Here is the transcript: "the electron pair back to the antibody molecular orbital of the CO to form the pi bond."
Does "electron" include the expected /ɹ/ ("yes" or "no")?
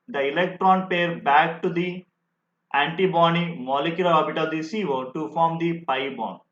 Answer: yes